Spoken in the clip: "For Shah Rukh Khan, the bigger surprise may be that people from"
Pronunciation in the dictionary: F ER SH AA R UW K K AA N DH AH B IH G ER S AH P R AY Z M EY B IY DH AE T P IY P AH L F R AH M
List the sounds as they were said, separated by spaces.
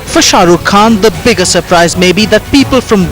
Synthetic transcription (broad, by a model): F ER SH AA R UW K K AA N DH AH B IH G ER S AH P R AY Z M EY B IY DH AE T P IY P AH L F R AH M